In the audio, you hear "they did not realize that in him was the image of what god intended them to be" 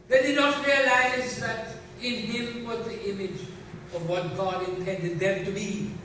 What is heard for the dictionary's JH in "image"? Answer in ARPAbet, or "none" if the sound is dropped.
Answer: JH